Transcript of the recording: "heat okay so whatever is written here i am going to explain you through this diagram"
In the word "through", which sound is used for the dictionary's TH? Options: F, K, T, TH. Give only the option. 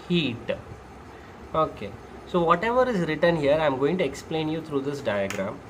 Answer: T